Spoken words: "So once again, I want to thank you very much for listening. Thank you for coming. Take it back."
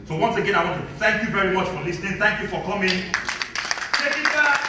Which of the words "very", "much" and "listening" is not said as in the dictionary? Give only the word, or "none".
none